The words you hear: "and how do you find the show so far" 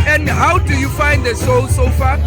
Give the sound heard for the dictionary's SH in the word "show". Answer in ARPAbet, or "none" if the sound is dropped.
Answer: S